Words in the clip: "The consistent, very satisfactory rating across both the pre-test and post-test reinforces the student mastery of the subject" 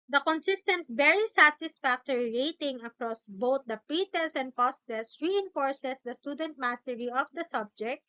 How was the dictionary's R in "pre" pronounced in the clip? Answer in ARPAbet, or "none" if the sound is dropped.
none